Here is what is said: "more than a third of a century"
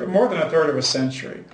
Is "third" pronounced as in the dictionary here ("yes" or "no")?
yes